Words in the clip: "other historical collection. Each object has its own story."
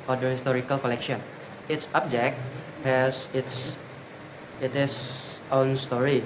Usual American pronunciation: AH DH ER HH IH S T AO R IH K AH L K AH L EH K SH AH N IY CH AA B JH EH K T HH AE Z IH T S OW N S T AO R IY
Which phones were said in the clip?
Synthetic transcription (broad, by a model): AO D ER HH IH S T AO R IH K AH L K AH L EH K SH AH N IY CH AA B JH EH K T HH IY S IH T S OW N S T AO R IY